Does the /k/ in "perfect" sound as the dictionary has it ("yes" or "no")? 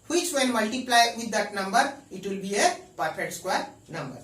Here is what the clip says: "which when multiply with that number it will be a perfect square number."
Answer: no